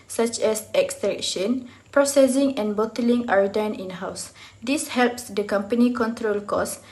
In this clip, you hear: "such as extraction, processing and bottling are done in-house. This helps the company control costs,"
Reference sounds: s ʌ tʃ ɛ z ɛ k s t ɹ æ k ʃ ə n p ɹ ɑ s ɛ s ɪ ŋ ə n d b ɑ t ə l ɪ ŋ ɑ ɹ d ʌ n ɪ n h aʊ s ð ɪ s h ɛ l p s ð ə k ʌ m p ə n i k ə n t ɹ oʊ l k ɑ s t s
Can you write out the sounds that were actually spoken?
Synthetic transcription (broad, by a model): s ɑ tʃ ɛ s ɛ k s t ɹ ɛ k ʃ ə n p ɹ ɑ s ɛ s ɪ ŋ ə n b ɑ t ə l ɪ ŋ ɑ ɹ d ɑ n ɪ n h aʊ s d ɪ s h ɛ l p s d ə k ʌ m p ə n i k ə n t ɹ oʊ l k ɑ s s